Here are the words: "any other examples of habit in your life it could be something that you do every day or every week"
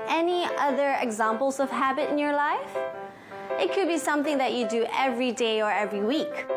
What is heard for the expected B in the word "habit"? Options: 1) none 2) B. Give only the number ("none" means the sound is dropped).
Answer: 2